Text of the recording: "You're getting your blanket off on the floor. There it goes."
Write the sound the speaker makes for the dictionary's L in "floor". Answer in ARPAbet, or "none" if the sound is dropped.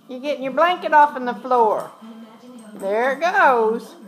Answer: L